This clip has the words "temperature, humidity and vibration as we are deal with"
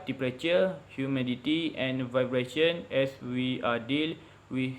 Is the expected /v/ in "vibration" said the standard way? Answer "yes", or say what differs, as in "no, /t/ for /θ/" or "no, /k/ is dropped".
yes